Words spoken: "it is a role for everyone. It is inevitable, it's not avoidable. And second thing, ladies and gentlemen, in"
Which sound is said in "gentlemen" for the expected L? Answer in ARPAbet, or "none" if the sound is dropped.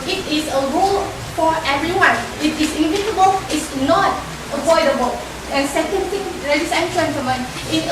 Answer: none